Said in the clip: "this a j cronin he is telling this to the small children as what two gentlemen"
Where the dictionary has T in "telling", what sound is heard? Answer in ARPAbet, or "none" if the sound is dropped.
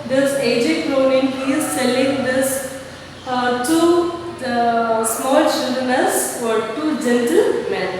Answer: S